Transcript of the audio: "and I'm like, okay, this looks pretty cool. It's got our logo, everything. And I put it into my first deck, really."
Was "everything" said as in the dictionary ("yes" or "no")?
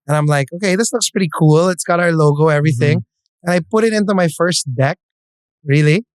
yes